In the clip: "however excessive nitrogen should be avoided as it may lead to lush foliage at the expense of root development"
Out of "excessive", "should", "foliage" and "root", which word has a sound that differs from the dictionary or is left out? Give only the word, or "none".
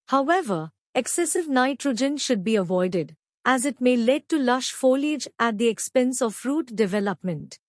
none